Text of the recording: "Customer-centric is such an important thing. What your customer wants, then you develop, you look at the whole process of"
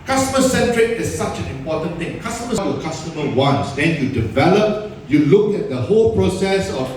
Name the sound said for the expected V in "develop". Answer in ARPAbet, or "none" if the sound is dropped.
V